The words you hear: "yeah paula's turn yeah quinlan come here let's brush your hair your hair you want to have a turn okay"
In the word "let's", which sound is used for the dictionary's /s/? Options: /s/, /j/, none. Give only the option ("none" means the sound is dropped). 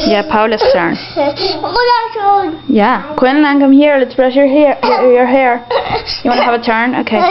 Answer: /s/